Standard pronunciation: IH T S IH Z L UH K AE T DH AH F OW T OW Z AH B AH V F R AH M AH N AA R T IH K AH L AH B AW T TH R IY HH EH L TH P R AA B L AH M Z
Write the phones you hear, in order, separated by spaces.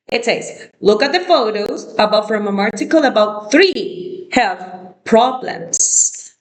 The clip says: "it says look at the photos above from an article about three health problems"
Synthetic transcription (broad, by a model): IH T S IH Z L UH K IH T DH AH F OW T OW Z AH B AH V F R AH M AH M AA R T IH K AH L AH B AW T TH R IY HH EH L TH P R AA B L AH M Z